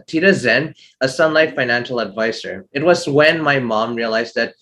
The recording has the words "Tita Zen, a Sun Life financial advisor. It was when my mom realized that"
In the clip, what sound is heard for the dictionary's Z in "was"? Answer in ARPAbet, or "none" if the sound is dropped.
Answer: Z